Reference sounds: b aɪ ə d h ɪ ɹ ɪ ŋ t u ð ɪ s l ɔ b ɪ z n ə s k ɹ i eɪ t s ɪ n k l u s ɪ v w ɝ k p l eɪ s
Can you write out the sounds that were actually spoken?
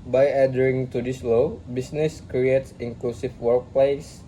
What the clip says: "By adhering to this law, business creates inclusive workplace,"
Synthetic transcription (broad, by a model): b aɪ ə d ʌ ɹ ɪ ŋ t u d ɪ s l ɔ b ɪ s n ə s k ɹ i eɪ t s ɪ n k l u s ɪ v w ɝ k p l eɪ s